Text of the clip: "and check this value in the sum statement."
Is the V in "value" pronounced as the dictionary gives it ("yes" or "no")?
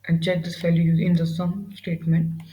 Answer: no